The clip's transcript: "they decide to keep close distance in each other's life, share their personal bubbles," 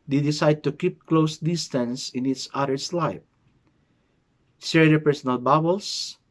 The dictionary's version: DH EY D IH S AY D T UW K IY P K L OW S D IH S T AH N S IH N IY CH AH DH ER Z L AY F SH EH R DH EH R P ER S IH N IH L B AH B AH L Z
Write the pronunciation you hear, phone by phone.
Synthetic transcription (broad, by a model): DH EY D IH S AY D T UW K IY P K L OW S D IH S T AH N S IH N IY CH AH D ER S L AY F S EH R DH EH P ER S IH N IH L B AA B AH L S